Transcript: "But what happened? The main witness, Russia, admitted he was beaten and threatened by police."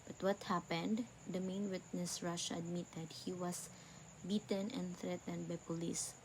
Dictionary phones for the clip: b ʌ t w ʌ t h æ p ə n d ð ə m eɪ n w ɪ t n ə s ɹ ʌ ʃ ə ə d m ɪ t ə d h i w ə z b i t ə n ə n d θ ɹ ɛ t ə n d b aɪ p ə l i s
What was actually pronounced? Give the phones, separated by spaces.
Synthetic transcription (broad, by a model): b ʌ t w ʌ t h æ p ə n d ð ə m eɪ n w ɪ t n ə s ɹ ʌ ʃ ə ə d m ɪ t ə d h i w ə s b i t ə n ə n d θ ɹ ɛ t ə n d b aɪ p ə l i s